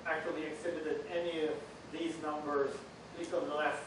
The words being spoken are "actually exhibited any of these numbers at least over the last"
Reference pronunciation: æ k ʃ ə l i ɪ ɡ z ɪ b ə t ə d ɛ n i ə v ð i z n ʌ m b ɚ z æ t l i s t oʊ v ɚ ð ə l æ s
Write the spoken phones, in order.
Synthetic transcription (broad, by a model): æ k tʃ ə l i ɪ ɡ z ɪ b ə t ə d ɛ n i ə v ð i z n ʌ m b ɚ z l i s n ð ə l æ s